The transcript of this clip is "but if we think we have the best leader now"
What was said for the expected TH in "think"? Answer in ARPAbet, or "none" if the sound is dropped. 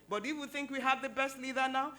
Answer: TH